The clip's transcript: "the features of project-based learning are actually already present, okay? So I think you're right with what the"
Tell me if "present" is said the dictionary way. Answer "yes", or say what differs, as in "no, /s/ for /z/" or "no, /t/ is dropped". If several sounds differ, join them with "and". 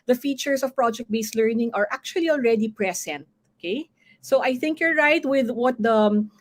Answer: no, /s/ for /z/